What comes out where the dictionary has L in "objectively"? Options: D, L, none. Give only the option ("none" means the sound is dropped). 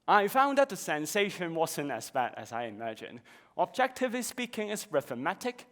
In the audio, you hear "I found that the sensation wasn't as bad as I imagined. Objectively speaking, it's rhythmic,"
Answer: none